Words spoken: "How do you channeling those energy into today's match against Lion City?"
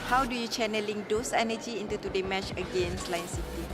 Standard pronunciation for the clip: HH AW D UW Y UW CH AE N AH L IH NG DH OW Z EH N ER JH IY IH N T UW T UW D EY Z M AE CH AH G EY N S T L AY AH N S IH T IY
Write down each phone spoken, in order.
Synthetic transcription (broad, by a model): HH AW D UW Y UW CH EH N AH L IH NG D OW S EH N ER JH IY IH N T UW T UW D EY M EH CH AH G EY N S L AY N S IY T IY